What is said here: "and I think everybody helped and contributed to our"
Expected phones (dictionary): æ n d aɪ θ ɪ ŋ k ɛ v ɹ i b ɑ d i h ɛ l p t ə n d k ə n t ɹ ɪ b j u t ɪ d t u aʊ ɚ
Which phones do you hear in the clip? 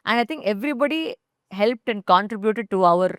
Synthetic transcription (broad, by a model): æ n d aɪ t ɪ ŋ k ɛ v ɹ i b ɑ d i h ɛ l p t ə n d k ə n t ɹ ɪ b j u t ɪ d t u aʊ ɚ